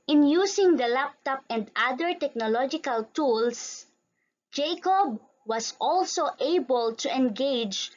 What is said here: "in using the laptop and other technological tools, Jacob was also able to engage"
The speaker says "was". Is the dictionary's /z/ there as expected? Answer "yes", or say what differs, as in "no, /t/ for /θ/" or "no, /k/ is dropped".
no, /s/ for /z/